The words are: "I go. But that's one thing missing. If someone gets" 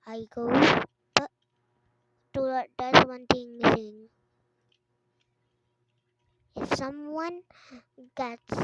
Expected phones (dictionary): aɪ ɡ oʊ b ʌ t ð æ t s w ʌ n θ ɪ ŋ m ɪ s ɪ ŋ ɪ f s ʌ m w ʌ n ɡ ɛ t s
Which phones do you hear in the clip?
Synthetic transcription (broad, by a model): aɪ ɡ oʊ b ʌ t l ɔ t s w ʌ n t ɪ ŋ m ɪ s ɪ ŋ ɪ f s ʌ m w ʌ n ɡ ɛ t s